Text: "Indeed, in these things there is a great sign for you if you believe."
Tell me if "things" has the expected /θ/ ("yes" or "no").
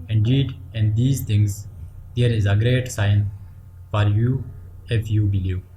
no